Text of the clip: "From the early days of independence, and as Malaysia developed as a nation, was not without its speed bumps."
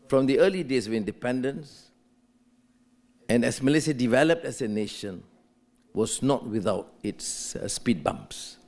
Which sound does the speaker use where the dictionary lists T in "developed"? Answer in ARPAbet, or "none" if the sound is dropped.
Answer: T